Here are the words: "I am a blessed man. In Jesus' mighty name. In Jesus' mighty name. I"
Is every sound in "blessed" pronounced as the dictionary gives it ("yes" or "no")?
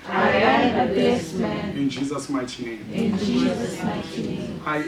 no